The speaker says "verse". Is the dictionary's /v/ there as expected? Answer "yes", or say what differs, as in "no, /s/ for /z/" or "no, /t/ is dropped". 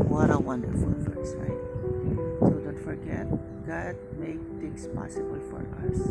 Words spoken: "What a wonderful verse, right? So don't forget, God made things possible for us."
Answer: no, /f/ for /v/